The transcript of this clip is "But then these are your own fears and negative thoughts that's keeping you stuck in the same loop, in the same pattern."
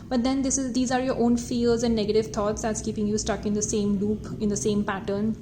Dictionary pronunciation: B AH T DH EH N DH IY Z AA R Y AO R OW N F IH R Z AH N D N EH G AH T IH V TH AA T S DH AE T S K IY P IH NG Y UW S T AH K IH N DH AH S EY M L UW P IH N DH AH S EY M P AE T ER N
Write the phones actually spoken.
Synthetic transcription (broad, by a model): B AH T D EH N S IY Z AA R Y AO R OW N F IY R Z AH N D N EH G AH T IH V T AA T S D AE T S K IY P IH NG Y UW S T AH K IH N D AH S EY M L UW P IH N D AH S EY M P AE T ER N